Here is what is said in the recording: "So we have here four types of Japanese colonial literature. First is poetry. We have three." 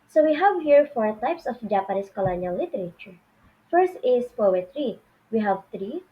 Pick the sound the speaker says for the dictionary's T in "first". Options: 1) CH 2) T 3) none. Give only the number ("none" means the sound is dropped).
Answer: 2